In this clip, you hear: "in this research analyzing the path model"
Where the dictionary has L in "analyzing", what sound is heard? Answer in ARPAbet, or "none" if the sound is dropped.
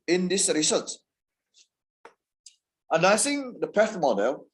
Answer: none